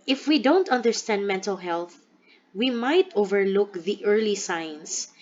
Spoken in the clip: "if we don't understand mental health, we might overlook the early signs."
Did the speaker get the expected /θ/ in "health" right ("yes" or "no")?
yes